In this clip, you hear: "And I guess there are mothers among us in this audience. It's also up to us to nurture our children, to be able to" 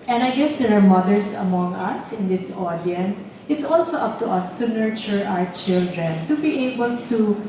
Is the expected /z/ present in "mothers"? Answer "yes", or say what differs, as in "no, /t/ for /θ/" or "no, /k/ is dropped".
no, /s/ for /z/